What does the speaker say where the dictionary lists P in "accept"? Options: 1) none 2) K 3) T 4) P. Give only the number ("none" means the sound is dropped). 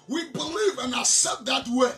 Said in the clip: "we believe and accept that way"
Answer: 1